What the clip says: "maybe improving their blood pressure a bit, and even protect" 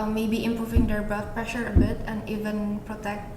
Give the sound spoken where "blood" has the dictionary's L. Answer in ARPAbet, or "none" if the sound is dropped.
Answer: none